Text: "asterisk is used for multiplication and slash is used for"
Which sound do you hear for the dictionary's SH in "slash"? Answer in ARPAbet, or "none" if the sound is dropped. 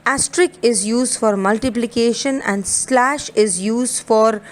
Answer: SH